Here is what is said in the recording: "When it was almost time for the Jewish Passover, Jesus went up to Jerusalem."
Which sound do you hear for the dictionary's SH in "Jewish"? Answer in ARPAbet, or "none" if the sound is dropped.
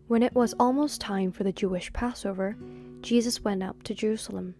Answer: SH